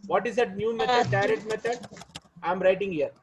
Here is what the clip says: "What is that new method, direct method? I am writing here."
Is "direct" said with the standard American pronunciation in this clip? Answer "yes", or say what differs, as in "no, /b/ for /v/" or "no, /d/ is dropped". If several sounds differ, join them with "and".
no, /k/ is dropped